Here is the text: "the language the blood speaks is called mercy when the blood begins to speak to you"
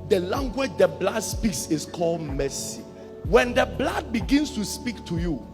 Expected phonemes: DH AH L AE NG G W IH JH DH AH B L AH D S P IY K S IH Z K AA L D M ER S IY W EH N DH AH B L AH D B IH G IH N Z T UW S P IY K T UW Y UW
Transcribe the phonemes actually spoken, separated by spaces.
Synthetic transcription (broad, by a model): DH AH L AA NG G W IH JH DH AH B L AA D S P IY K S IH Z K AA L D M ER S IY W EH N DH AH B L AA D B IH G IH N S T UW S P IY K T UW Y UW